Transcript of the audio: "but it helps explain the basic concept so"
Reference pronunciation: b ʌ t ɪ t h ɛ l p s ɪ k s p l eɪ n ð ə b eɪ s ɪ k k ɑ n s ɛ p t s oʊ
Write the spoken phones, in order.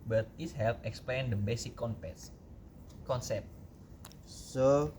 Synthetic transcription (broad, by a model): b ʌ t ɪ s h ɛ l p ɪ k s p l eɪ n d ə b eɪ s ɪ k k ɑ n s ɛ p t s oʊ